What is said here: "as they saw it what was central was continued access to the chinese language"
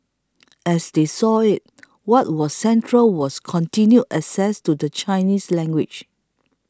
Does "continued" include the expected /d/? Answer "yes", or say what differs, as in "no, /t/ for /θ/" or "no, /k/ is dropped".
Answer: no, /d/ is dropped